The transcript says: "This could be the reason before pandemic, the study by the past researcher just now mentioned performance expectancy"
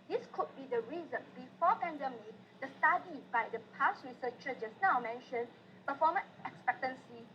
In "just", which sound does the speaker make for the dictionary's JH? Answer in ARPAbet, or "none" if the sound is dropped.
CH